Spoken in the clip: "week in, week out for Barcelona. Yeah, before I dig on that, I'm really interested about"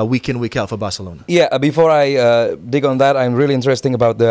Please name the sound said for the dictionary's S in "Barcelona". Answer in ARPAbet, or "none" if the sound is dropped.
S